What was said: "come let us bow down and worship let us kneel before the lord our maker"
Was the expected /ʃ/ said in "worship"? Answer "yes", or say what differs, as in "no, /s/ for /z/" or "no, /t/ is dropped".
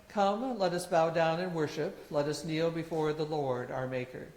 yes